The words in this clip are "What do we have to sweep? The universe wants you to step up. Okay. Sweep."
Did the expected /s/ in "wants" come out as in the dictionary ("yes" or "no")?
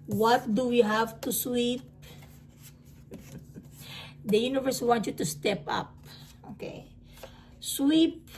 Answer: no